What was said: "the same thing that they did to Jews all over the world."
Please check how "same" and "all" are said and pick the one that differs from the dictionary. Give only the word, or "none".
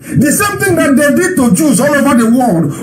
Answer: none